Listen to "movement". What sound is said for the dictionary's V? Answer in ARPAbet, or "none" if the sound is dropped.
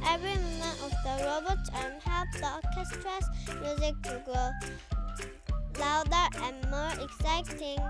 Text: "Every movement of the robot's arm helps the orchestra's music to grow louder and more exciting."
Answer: none